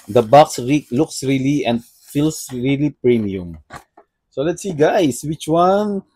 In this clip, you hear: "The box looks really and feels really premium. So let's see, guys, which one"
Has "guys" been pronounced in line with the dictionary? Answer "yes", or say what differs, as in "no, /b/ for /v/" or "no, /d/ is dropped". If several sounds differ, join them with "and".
no, /s/ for /z/